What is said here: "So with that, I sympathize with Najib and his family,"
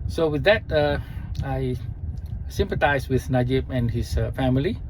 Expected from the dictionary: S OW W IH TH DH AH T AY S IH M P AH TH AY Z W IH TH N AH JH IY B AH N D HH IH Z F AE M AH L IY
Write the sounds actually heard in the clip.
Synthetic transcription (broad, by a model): S OW W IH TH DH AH T AY S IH M P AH T AY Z W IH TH N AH JH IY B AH N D HH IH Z F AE M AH L IY